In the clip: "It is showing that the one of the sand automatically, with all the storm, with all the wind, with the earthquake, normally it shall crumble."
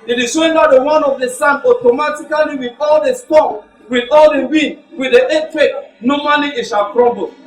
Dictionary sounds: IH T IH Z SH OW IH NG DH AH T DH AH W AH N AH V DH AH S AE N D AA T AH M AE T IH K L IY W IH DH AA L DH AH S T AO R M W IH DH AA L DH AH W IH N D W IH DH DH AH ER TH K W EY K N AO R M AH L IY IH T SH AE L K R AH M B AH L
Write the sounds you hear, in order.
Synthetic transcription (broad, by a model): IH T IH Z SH OW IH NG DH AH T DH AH W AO N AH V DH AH S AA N AA T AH M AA T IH K L IY W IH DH AA L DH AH S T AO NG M W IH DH AA L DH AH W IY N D W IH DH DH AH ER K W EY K N AO M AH L IY IH T SH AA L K R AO M B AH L